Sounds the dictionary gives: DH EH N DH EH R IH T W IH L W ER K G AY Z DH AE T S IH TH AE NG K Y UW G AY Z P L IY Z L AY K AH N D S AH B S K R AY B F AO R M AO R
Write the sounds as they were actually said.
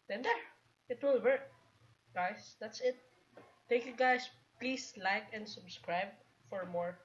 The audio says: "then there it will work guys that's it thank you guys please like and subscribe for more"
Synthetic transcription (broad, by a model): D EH N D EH R IH T W IH L W ER K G AY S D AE T S IH T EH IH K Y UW G AY S P L IY S L AY K AH N D S AH B S K R AY B F AO R M AO R